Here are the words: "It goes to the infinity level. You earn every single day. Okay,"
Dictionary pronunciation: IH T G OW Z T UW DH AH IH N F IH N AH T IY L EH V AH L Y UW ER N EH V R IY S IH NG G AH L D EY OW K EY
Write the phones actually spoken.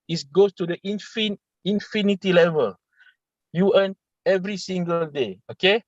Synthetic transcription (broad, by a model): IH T G OW S T UW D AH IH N F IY N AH T IY L EH V AH L Y UW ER N EH V R IY S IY NG G AH L D EY OW K EY